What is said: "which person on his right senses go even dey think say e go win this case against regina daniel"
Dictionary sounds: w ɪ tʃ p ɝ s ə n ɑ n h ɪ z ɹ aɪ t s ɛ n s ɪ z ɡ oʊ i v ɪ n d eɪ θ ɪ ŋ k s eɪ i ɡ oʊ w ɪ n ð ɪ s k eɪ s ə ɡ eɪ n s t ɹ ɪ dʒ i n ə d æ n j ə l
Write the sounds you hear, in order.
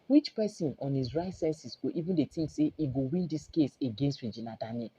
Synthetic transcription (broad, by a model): w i tʃ p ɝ s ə n ɑ n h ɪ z ɹ aɪ t s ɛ n s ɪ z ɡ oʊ i v ɪ n d eɪ t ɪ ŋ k s eɪ i ɡ oʊ w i n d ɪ s k eɪ s ə ɡ eɪ n s t ɹ ɪ dʒ i n ə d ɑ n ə